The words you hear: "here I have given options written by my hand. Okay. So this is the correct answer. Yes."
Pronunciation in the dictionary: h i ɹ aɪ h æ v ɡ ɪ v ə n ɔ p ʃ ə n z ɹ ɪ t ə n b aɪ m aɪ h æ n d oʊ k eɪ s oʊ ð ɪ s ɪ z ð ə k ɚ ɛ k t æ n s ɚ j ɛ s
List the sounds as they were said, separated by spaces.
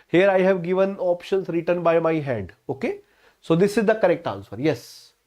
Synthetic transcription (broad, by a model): h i ɹ aɪ h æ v ɡ ɪ v ə n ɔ p ʃ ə n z ɹ ɪ t ə n b aɪ m aɪ h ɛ d oʊ k eɪ s oʊ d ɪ s ɪ z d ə k ɚ ɛ k t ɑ n s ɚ j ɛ s